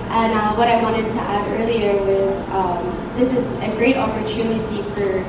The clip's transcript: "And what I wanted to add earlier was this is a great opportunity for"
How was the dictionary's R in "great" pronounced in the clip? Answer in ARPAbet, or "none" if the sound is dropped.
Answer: R